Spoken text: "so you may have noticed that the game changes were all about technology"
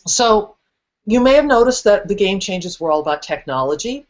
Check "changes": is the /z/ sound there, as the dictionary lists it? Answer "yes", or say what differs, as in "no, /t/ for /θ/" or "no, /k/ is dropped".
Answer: yes